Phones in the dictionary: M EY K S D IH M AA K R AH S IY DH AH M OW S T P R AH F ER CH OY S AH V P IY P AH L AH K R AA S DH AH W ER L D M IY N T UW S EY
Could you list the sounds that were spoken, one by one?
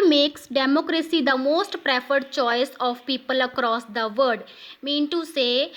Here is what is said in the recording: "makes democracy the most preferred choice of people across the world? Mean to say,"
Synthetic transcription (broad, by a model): M EY K S D IH M AA K R AH S IY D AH M OW S T P R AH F ER CH OY S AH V P IY P AH L AH K R AA S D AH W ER D M IY N T UW S EY